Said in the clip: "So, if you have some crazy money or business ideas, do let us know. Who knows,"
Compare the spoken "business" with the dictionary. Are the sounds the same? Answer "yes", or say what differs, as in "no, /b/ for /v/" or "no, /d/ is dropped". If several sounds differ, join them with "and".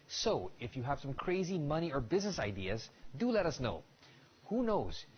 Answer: yes